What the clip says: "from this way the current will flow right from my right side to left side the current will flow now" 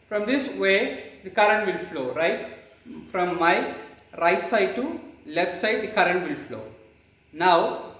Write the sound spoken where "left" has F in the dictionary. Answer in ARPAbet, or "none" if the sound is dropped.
none